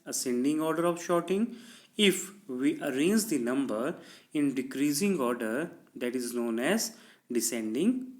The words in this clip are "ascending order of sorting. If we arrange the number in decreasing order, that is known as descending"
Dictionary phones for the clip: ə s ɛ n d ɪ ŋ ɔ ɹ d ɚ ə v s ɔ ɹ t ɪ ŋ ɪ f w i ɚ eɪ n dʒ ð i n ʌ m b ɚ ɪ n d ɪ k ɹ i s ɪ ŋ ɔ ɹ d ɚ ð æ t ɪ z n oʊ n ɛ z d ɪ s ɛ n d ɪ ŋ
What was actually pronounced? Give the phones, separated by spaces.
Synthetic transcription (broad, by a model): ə s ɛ n d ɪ ŋ ɔ ɹ d ɚ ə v ʃ ɔ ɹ t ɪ ŋ ɪ f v i ɚ eɪ n dʒ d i n ʌ m b ɚ ɪ n d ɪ k ɹ i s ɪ ŋ ɔ ɹ d ɚ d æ t ɪ z n oʊ n ɛ z d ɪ s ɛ n d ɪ ŋ